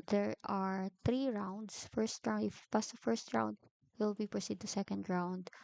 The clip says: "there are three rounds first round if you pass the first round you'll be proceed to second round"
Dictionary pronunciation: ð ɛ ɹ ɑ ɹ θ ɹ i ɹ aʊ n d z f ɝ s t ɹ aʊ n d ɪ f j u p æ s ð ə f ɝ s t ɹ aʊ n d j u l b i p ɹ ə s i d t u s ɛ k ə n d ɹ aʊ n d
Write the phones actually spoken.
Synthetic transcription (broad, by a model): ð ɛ ɹ ɑ ɹ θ ɹ i ɹ aʊ n d s f ɝ s t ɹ aʊ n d ɪ f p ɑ s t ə f ɝ s t ɹ aʊ n d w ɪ l b i p ɹ ə s i d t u s ɛ k ə n d ɹ aʊ n d